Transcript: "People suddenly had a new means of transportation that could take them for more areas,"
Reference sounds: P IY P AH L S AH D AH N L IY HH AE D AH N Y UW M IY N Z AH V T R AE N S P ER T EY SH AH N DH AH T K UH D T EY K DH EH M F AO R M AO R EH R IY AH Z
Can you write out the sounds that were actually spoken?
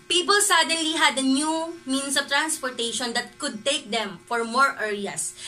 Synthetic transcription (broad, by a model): P IY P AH L S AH D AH N L IY HH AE D AH N Y UW M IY N S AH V T R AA N S P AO T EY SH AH N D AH T K UH D T EY K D EH M F AO R M AO R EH R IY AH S